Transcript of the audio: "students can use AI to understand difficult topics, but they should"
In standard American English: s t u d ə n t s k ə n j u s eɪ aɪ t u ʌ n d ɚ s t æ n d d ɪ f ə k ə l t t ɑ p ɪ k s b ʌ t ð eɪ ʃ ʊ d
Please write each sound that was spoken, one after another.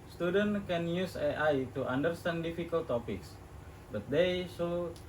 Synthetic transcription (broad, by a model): s t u d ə n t k ə n j u s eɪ aɪ t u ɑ n d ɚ s t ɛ n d d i f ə k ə l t t ɑ p ɪ k s b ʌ t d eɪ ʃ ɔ